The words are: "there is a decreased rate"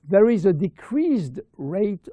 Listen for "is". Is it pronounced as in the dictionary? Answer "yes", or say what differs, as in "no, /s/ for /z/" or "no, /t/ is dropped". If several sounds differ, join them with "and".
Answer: yes